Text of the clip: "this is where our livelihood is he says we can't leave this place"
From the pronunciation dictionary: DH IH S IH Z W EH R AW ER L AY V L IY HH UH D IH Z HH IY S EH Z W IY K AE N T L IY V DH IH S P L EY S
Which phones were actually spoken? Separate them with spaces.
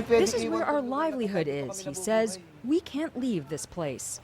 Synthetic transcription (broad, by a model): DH IH S IH Z W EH R AW ER L AY V L IY HH UH D IH Z HH IY S EH Z W IY K AE N T L IY V DH IH S P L EY S